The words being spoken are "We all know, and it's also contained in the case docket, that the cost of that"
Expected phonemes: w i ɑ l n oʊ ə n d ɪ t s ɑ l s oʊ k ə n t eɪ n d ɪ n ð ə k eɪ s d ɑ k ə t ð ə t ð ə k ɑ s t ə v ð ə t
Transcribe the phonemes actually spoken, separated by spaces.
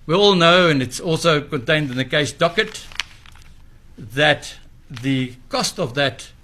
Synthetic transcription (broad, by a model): w i ɑ l n oʊ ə n ɪ t s ɑ l s oʊ k ə n t eɪ n d ɪ n ð ə k eɪ s d ɑ k ə t ð ə t ð ə k ɑ s t ə v ð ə t